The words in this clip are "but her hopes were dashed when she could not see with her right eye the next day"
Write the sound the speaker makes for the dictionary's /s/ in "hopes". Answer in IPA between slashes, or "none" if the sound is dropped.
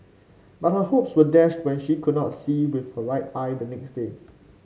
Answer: /s/